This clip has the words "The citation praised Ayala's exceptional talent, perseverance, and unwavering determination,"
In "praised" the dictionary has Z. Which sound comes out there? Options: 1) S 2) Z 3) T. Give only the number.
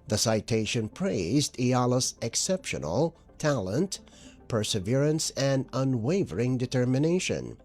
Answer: 2